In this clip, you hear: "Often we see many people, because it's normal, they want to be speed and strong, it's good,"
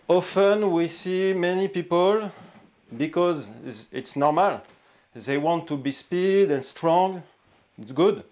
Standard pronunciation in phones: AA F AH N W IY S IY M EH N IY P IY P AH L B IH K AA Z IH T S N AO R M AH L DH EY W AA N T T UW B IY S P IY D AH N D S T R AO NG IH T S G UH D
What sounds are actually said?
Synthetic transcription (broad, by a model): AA F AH N W IY S IY M EH N IY P IY P AH L B IH K AA Z IH T S N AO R M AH L DH EY W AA N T T UW B IY S P IY D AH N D S T R AO NG IH T S G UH D